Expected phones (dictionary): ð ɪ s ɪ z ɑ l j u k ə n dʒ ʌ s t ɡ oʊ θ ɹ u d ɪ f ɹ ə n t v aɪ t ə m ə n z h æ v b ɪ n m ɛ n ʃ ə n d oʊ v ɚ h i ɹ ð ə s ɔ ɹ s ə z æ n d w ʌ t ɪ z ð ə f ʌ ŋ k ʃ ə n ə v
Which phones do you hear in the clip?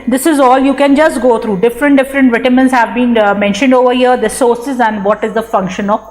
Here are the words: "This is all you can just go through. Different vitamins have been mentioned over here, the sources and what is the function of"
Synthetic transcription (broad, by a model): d ɪ s ɪ z ɑ l j u k ə n dʒ ʌ s t ɡ oʊ t ɹ u d ɪ f ɹ ə n t v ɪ t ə m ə n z h æ v b ɪ n m ɛ n ʃ ə n d oʊ v ɚ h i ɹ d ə s ɔ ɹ s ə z æ n d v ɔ t ɪ z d ə f ʌ ŋ k ʃ ə n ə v